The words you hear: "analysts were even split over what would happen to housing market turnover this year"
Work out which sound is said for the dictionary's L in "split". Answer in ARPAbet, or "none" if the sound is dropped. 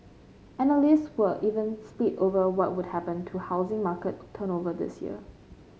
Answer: none